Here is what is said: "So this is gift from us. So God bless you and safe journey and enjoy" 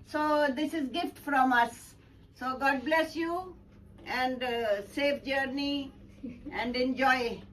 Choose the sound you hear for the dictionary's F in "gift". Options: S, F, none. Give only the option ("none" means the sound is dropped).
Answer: F